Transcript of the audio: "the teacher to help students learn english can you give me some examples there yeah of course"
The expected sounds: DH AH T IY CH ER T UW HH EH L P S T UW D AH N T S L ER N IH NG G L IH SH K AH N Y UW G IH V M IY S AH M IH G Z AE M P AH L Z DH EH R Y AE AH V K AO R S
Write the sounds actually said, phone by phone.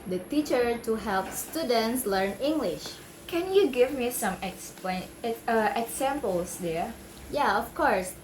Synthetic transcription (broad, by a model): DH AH T IY CH ER T UW HH EH L P S T UW D AH N T S L ER N IH NG G L IH SH K AH N Y UW G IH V M IY S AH M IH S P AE M P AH L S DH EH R Y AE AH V K AO R S